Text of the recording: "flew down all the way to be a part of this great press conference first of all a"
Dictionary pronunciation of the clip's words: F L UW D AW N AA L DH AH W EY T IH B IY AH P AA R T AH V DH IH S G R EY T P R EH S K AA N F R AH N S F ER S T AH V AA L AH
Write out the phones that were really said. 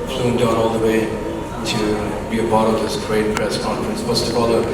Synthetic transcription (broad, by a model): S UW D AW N AA L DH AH W EY T IH B IY AH B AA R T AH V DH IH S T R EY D P R EH S K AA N F R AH N S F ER S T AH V AA L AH